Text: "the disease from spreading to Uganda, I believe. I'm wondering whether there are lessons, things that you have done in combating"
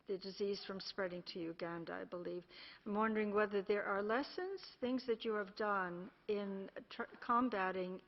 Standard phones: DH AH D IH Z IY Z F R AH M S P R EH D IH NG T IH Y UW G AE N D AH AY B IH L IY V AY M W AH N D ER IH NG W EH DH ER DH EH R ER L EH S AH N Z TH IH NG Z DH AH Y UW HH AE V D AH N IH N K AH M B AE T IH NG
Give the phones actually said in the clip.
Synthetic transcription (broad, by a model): DH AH D IH Z IY Z F R AH M S P R EH D IH NG T IH Y UW G AE N D AH AY B IH L IY V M W AH N D ER IH NG W EH DH ER DH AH R ER L EH S AH N Z TH IH NG Z DH AH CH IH V D AH N IH N K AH M B AE T IH NG